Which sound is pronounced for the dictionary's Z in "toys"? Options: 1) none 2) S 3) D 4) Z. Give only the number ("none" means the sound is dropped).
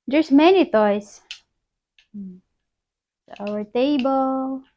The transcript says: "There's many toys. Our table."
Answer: 2